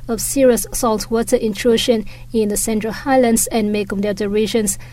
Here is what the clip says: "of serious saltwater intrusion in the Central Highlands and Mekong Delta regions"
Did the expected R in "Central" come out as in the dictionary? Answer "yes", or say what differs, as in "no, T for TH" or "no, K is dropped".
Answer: yes